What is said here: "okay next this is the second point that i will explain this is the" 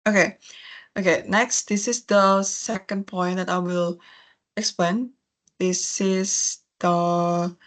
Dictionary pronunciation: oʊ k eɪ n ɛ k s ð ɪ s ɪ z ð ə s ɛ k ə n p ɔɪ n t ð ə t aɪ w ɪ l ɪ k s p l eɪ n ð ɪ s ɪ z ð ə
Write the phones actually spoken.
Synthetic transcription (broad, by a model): oʊ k eɪ n ɛ k s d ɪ s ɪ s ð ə s ɛ k ə n p ɔɪ n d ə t aɪ w ɪ l ɪ k s p l eɪ n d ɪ s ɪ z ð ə